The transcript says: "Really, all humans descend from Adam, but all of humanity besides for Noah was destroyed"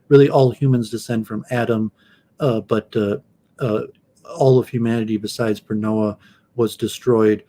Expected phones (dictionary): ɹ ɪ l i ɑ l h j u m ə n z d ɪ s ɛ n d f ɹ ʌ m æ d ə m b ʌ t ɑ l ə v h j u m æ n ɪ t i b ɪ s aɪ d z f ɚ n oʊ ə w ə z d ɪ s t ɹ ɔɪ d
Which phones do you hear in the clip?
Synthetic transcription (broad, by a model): ɹ ɪ l i ɑ l h j u m ə n z d ɪ s ɛ n d f ɹ ʌ m æ d ə m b ʌ t ɑ l ə v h j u m æ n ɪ t i b ɪ s aɪ d z p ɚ n oʊ ə w ə z d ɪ s t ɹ ɔɪ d